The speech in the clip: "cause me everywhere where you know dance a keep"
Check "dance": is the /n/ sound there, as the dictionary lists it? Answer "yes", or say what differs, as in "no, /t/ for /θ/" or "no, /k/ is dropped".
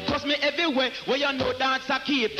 no, /n/ is dropped